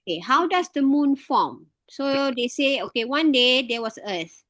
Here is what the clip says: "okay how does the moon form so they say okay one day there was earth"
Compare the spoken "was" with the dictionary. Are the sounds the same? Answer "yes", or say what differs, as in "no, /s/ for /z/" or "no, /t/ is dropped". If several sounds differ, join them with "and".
no, /s/ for /z/